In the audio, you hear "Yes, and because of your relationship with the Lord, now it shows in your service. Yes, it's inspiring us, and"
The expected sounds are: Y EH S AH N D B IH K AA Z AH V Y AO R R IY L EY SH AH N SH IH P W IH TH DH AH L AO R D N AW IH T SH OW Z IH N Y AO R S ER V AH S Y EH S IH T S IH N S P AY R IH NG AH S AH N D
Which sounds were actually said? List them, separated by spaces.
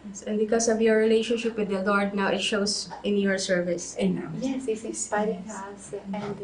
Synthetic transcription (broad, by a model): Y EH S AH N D B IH K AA S AH V Y AO R R IY L EY SH AH N SH IH P W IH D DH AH L AO R D N AW IH T SH OW S IH N Y AO R S ER V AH S Y EH S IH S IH S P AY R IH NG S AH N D